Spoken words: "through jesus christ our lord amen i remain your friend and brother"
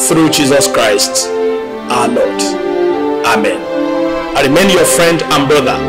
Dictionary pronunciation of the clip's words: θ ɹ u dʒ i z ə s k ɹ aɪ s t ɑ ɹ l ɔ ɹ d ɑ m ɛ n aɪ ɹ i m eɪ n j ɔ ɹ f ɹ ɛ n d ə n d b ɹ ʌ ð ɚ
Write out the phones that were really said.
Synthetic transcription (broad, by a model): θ ɹ u dʒ i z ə s k ɹ aɪ s t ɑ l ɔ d ɑ m ɛ n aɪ ɹ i m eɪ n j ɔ f ɹ ɛ n d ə n b ɹ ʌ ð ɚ